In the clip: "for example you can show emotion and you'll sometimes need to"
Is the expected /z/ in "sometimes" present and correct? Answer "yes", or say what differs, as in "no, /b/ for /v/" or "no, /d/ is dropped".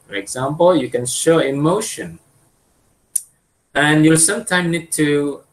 no, /z/ is dropped